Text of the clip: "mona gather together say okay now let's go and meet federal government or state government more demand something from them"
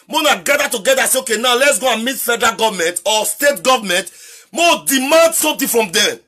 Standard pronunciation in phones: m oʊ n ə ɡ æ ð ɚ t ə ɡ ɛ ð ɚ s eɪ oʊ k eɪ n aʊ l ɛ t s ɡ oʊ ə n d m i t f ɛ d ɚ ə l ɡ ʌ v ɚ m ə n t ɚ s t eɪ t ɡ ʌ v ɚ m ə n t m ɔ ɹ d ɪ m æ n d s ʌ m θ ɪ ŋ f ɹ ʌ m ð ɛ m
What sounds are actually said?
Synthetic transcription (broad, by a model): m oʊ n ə ɡ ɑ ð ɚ t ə ɡ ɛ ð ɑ s eɪ oʊ k eɪ n aʊ l ɛ t s ɡ oʊ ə n m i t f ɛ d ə ɡ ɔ v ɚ m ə n t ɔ s t eɪ t ɡ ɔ v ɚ m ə n t m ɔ d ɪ m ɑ n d s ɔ m t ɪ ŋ f ɹ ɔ m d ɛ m